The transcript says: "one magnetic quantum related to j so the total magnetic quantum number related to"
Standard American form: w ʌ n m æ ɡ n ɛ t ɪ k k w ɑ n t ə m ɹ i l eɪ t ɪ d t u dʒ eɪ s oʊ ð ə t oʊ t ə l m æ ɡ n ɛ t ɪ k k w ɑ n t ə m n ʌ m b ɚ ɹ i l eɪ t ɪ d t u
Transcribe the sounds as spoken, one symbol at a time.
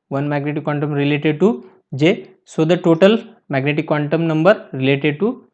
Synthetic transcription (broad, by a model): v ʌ n m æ ɡ n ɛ t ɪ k k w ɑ n t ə m ɹ i l eɪ t ɪ d t u dʒ eɪ s oʊ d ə t oʊ t ə l m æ ɡ n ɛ t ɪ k k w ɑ n t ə m n ʌ m b ɚ ɹ i l eɪ t ɪ d t u